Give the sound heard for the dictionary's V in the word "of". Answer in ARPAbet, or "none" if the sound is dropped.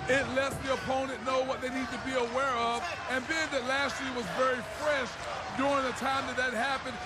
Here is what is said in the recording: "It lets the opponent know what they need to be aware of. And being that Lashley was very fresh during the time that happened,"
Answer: V